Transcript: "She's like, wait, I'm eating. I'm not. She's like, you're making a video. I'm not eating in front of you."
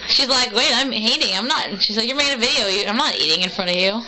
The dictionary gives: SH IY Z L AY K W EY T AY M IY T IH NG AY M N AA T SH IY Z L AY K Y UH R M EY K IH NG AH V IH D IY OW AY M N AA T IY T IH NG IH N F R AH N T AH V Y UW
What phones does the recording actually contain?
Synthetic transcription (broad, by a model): SH IY Z L AY K W EY T AY M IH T IH NG AY M N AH T SH IY Z L AY K Y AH R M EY IH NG AH V IH D IY OW AY M N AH T IY T IH NG IH N F R AH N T AH V Y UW